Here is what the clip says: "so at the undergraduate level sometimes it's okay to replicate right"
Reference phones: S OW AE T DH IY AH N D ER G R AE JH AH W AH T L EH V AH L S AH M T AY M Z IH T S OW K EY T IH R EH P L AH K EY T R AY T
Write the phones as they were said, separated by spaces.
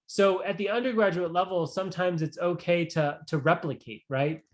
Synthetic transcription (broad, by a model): S OW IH T DH IY AH N D ER G R AE JH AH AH T L EH V L S AH M T AY M Z IH T S OW K EY T IH R EH P L AH K EY T R AY T